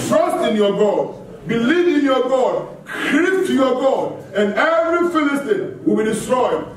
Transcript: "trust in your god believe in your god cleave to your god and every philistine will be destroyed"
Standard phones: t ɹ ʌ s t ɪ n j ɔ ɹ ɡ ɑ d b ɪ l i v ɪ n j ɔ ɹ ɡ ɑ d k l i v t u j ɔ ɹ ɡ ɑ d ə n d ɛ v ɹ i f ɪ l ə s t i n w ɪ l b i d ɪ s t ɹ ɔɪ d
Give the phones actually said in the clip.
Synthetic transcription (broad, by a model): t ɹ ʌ s t ɪ n j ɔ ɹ ɡ ɑ d b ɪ l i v ɪ n j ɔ ɡ ɑ d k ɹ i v t u j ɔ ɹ ɡ ɑ d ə n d ɛ v ɹ i f ɪ l ə s t i n w ɪ l b i d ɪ s t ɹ ɔɪ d